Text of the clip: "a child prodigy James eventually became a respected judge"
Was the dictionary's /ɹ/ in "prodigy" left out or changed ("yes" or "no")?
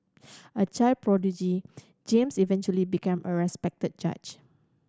no